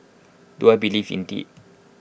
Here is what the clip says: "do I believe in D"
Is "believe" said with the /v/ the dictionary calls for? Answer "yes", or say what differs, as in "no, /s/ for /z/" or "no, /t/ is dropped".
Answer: no, /f/ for /v/